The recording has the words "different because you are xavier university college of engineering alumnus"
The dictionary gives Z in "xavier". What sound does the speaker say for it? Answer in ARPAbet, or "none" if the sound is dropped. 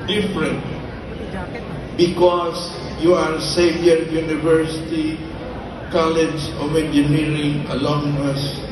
S